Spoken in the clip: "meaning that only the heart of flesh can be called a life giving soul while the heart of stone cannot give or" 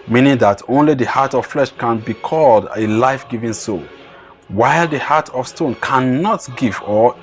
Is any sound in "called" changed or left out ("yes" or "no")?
no